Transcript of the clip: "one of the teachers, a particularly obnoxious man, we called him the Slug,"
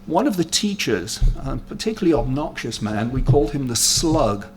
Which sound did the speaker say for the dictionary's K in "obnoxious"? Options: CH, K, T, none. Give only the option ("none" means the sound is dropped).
K